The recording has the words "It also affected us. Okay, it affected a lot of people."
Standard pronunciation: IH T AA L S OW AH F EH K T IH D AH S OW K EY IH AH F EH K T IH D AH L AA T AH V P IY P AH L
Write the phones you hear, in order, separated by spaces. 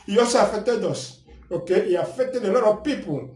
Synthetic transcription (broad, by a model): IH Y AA S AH F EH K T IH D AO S OW K EY IH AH F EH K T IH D AH L AA T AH P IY P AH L